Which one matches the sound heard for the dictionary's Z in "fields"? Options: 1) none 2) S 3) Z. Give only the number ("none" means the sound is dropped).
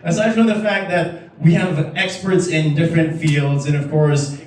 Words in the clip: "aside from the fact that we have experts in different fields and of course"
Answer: 3